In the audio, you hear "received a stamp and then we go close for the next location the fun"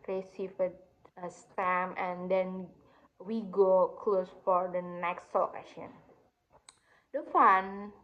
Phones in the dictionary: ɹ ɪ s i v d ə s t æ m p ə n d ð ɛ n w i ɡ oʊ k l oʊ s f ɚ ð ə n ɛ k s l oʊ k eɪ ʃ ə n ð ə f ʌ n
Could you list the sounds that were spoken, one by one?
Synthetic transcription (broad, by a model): ɹ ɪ s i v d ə s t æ m ə n d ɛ n w i ɡ oʊ k l oʊ s f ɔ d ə n ɛ k s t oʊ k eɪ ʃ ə n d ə f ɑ n